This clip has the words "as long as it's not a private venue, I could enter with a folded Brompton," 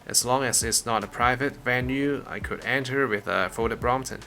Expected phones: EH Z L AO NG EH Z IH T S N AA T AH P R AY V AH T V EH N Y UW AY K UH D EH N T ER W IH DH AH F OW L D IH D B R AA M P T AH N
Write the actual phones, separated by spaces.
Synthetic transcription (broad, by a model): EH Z L AO NG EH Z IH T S N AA T AH P R AY V AH T V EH N Y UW AY K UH D EH N T ER W IH DH AH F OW D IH B R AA M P T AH N